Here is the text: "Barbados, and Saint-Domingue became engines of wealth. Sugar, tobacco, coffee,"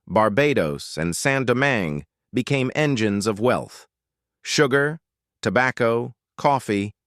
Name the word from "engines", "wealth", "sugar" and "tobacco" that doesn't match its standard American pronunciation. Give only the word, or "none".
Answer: none